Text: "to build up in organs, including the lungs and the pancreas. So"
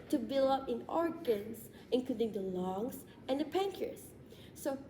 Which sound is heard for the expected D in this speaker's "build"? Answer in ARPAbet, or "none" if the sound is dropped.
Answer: none